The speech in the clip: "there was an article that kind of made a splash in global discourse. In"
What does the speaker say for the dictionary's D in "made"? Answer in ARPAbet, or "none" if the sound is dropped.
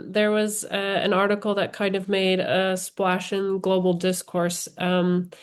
D